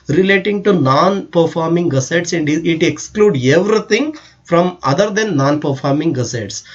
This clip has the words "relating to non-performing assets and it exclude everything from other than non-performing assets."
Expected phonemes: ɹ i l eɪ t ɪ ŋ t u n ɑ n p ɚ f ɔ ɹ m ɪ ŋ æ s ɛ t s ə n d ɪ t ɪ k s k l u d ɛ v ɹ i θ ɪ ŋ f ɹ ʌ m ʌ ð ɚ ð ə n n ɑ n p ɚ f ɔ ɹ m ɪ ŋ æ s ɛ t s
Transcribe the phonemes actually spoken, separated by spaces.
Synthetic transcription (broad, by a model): ɹ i l eɪ t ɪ ŋ t u n ɑ n p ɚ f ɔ ɹ m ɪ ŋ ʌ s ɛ t s ə n d ɪ t ɪ k s k l u d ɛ v ɹ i t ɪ ŋ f ɹ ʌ m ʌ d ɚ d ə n n ɑ n p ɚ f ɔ ɹ m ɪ ŋ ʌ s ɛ t s